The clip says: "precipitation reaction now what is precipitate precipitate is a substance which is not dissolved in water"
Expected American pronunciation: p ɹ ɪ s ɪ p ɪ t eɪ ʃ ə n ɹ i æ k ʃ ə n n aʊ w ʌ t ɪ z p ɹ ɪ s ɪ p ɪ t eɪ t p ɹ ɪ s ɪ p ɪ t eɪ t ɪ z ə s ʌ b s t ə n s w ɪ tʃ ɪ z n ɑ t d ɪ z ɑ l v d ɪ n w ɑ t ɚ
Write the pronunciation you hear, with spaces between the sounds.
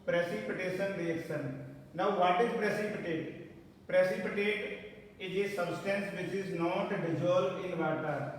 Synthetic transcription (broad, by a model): p ɹ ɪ s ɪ p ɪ t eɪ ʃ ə n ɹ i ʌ k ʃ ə n n aʊ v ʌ t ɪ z p ɹ ɪ s ɪ p ɪ t eɪ t p ɹ ɪ s ɪ p ɪ t eɪ t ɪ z ə s ʌ b s t ə n s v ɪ tʃ ɪ z n ɑ t d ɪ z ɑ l d ɪ n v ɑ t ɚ